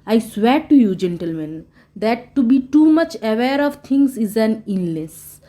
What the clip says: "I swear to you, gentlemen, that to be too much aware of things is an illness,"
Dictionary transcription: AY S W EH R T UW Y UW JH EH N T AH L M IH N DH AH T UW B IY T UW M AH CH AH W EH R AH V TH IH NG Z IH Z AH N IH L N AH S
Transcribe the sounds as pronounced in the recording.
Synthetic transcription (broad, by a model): AY S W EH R T UW Y UW JH EH N T AH L M IH N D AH T UW B IY T UW M AH CH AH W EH R AH V T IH NG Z IH Z AH N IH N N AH S